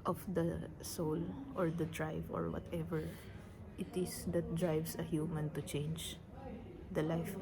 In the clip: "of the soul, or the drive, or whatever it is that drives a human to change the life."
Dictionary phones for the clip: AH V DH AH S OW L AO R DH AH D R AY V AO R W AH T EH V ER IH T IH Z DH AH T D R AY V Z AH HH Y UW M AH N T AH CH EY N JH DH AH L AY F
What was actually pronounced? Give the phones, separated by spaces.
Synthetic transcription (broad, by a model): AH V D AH S OW L AO R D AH D R AY V AO R W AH T EH V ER IH T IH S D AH T D R AY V S AH HH Y UW M AH N T AH CH EY N JH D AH L AY F